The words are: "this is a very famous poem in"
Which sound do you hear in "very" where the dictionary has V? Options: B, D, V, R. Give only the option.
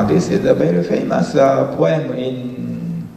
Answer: B